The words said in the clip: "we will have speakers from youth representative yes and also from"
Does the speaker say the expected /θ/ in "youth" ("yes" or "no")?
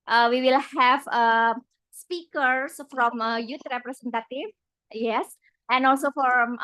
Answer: no